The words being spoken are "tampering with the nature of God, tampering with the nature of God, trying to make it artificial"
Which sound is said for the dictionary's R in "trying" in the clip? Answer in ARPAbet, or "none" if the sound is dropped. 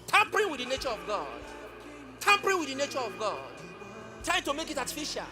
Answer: none